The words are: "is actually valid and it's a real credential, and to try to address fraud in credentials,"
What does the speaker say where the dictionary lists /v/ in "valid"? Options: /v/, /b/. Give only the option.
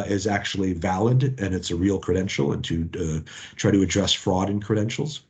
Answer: /v/